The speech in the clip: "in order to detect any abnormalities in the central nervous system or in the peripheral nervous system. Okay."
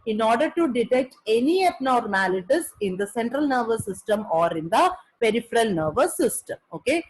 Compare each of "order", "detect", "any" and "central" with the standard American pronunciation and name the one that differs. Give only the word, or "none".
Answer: none